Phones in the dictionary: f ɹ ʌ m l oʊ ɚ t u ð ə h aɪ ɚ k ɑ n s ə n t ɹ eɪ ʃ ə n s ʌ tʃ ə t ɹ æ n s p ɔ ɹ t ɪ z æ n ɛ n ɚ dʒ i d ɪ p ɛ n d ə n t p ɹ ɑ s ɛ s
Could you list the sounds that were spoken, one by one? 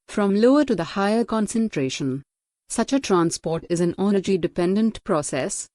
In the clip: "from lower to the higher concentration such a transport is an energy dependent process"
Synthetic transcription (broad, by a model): f ɹ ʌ m l oʊ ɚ t u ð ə h aɪ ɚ k ɑ n s ə n t ɹ eɪ ʃ ə n s ʌ tʃ ə t ɹ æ n s p ɔ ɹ t ɪ z æ n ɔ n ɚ dʒ i d ɪ p ɛ n d ə n t p ɹ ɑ s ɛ s